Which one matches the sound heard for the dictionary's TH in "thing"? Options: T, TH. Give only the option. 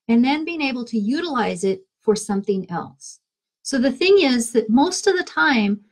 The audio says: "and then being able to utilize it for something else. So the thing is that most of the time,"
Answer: TH